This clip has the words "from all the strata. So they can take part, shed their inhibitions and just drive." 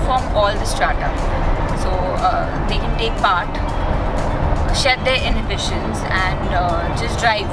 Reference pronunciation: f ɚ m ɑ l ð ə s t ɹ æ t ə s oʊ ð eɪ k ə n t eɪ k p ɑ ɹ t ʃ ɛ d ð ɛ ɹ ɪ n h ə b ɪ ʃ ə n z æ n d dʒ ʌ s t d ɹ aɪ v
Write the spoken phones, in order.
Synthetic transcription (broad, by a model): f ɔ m ɑ l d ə s t ɹ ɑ t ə s oʊ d eɪ k ə n t eɪ k p ɑ ɹ t ʃ ɛ d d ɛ ɹ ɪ n h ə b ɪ ʃ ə n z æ n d dʒ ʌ s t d ɹ aɪ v